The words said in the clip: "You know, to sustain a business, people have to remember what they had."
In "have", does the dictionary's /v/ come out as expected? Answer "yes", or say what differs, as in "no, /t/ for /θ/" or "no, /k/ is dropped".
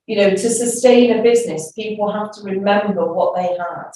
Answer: no, /f/ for /v/